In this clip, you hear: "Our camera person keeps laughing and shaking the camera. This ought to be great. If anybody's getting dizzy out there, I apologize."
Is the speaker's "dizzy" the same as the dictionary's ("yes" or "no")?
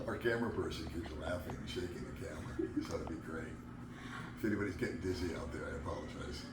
yes